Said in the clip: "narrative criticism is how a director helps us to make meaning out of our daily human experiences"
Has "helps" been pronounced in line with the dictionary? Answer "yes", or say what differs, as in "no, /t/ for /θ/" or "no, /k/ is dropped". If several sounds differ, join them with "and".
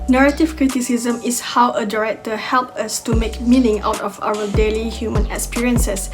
no, /s/ is dropped